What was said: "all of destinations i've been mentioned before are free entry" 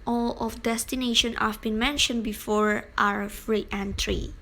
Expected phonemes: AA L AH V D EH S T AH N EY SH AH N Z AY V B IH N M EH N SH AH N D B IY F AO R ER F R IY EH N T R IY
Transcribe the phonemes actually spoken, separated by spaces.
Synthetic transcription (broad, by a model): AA L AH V D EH S T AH N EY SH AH N AY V B IH N M EH N SH AH N D B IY F AO R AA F R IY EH N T R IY